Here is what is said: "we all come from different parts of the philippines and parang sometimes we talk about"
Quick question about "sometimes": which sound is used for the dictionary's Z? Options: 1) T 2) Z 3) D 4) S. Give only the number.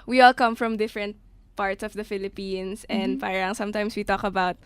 4